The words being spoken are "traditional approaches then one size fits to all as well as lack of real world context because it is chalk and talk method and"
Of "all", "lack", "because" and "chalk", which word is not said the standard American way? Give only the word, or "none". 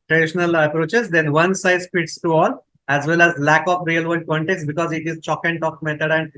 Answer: none